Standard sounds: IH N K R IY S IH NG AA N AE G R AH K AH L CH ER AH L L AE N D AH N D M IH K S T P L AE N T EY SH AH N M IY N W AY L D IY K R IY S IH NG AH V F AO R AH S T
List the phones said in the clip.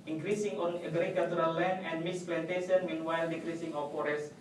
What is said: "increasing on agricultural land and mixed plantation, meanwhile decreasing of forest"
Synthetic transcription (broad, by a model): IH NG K R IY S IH NG AA N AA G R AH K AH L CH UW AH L L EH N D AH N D M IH S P L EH N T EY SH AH N M IY N W AY L D IY K R IY S IH NG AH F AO R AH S